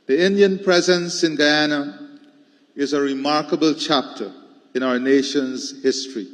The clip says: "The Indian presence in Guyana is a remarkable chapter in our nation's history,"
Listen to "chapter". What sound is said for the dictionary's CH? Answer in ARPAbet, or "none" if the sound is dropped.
CH